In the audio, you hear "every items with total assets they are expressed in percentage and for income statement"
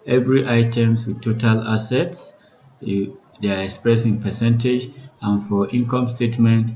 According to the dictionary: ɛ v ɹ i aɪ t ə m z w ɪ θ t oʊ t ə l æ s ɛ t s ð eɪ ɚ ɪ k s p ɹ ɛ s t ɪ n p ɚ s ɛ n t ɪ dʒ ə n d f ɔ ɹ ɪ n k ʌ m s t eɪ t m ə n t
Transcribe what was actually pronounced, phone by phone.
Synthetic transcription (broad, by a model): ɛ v ɹ i aɪ t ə m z w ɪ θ t oʊ t ə l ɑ s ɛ t s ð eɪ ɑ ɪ k s p ɹ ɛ s ɪ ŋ p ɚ s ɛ n t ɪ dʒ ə n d f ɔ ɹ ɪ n k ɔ m s t eɪ t m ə n t